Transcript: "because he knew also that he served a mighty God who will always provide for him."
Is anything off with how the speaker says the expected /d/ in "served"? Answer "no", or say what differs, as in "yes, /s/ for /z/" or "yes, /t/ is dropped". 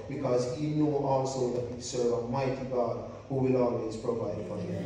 yes, /d/ is dropped